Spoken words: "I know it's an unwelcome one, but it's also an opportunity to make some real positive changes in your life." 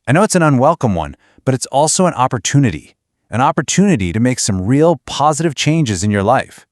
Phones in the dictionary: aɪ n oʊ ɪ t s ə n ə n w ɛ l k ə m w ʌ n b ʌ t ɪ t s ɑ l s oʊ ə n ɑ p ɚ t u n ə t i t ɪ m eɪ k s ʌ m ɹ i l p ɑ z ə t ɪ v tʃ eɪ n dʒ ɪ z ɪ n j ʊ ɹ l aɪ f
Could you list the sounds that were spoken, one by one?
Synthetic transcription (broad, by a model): aɪ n oʊ ɪ t s ə n ə n w ɛ l k ə m w ʌ n b ʌ t ɪ t s ɑ l s oʊ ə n ɑ p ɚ t u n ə t i t ɪ m eɪ k s ʌ m ɹ i l p ɑ z ə t ɪ v tʃ eɪ n dʒ ɪ z ɪ n j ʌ ɹ l aɪ f